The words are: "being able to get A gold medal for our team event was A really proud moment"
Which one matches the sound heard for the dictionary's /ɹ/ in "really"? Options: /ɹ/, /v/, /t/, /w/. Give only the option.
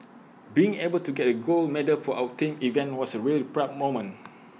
/ɹ/